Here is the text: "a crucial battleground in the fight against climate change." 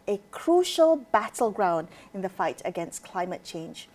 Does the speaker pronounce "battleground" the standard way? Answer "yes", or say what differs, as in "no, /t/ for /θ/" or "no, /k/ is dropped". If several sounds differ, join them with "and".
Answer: yes